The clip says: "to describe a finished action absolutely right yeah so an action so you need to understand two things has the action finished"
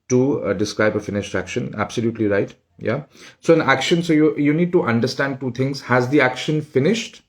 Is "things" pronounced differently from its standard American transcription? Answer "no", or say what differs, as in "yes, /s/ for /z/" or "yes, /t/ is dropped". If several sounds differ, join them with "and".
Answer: yes, /t/ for /θ/